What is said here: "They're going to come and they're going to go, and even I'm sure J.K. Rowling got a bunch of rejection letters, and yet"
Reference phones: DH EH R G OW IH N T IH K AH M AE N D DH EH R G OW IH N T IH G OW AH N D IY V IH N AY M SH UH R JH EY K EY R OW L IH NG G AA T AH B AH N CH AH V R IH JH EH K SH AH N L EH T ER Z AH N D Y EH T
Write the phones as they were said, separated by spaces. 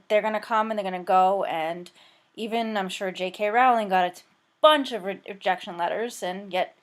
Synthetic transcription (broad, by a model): DH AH R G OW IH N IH K AH M N DH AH R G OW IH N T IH G OW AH N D IY V IH N AY M SH UH R JH EY K EY R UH L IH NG G AA T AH B AH N CH AH V R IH JH EH K SH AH N L EH T ER Z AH N Y EH T